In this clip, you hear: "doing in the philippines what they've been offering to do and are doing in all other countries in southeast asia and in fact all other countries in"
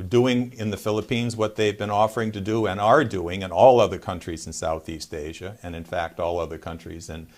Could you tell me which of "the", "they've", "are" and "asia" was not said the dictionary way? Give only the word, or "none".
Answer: none